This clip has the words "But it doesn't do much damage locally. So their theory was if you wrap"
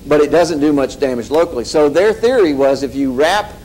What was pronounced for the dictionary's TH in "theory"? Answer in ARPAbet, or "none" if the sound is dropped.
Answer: TH